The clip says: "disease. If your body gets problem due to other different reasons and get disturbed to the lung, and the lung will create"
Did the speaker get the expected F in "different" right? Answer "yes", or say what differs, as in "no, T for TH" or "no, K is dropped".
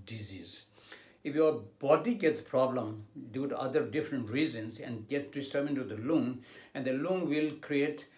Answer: yes